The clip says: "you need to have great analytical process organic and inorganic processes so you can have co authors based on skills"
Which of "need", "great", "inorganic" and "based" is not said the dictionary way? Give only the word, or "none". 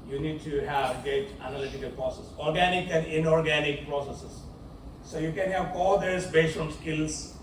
great